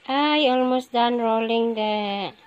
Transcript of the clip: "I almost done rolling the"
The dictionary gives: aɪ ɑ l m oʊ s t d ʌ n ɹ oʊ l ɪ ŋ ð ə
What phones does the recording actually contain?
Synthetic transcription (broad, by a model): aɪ ɑ l m oʊ s t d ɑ n ɹ oʊ l ɪ ŋ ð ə